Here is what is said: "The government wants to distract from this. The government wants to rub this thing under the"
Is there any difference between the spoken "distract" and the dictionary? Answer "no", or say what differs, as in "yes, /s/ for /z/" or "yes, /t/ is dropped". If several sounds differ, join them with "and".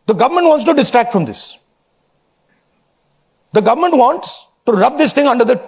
no